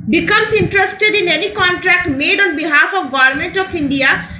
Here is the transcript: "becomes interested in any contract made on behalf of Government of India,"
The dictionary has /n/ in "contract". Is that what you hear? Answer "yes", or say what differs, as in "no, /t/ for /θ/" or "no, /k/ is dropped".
yes